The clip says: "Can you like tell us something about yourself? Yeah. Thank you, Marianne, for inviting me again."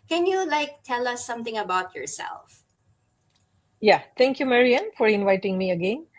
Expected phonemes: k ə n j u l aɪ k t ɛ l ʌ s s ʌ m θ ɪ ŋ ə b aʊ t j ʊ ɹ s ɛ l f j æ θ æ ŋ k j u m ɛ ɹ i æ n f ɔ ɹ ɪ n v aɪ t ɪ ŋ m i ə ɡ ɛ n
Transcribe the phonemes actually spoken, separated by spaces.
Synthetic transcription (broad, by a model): k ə n j u l aɪ k t ɛ l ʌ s s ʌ m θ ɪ ŋ ə b aʊ t j ʊ ɹ s ɛ l f j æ t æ ŋ k j u m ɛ ɹ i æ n f ɔ ɹ ɪ n v aɪ t ɪ ŋ m i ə ɡ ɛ n